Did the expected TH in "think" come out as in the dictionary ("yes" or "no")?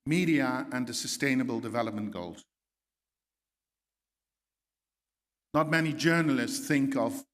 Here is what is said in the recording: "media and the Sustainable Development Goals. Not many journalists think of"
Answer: yes